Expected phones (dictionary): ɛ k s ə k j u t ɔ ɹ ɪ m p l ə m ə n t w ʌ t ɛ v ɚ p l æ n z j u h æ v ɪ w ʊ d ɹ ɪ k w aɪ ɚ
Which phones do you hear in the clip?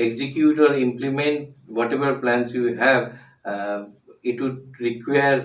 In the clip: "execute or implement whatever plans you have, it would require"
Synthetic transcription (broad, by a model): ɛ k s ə k j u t ɔ ɹ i m p l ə m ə n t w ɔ t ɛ b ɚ p l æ n s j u h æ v ɪ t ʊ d ɹ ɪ k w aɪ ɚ